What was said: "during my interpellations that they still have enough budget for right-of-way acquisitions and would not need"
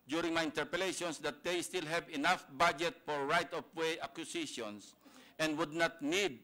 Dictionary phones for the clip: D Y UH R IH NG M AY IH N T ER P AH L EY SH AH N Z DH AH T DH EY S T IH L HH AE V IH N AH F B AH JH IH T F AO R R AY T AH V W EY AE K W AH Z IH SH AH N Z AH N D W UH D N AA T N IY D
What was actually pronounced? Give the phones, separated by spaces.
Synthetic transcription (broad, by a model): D Y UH R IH NG M AY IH N T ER P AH L EY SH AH N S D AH T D EY S T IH L HH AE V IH N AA F B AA JH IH T F AO R R AY T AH P W EY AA K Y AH S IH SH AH N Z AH N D W UH D N AA T N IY D